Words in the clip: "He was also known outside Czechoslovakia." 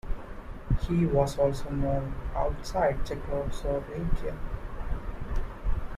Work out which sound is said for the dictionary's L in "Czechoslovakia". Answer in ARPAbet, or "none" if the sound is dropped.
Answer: none